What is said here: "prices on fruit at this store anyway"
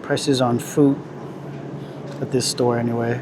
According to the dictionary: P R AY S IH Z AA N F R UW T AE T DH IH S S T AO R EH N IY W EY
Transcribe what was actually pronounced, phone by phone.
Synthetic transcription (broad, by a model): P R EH S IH Z N F UW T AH T DH IH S S T AO R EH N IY W EY